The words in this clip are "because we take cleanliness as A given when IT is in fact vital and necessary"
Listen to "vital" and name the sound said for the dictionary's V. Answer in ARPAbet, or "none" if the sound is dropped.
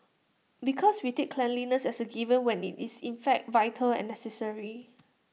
V